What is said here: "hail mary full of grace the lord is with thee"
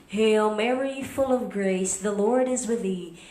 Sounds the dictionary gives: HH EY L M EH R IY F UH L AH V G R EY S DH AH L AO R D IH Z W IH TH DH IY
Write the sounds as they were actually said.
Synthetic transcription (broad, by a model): HH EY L M EH R IY F UH L AH V G R EY S DH AH L AO R D IH Z W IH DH IY